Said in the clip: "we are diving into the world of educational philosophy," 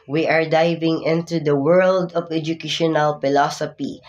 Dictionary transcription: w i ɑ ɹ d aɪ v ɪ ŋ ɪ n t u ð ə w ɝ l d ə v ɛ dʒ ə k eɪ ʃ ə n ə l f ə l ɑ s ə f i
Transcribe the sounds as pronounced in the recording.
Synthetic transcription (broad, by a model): w i ɑ ɹ d aɪ v ɪ ŋ ɪ n t u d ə w ɝ l d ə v ɛ dʒ ə k eɪ ʃ ə n ə l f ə l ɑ s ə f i